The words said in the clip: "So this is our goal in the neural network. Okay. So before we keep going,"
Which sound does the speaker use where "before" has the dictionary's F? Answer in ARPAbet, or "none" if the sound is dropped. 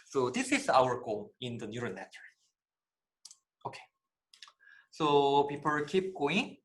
P